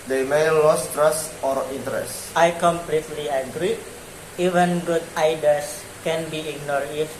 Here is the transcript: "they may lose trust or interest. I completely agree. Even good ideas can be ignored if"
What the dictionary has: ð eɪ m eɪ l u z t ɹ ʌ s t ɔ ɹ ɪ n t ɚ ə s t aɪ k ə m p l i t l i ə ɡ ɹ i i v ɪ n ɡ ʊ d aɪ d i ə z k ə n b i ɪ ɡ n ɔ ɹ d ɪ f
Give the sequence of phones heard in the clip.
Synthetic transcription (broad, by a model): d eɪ m eɪ l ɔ s t ɹ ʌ s t ɔ ɹ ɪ n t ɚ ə s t aɪ k ə m p l i t l i ə ɡ ɹ i i v ɪ n ɡ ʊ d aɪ d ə s k ə n b i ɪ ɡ n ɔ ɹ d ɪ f